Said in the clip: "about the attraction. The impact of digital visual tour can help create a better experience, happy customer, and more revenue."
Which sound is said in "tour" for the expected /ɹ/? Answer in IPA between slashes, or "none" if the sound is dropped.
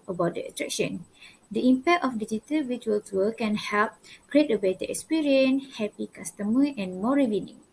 /l/